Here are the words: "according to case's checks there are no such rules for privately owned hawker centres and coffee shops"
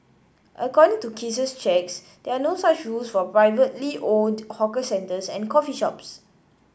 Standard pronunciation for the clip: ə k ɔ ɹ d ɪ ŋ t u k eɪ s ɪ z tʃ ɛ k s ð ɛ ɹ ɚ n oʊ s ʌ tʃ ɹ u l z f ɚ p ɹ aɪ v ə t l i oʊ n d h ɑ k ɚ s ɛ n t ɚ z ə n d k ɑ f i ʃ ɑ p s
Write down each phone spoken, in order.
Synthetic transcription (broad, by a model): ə k ɔ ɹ d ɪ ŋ t u k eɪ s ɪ s tʃ ɛ k s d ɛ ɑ n oʊ s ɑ tʃ ɹ u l s f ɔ p ɹ aɪ v ə t l i oʊ l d h ɑ k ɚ s ɛ n t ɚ s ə n k ɑ f i ʃ ɑ p s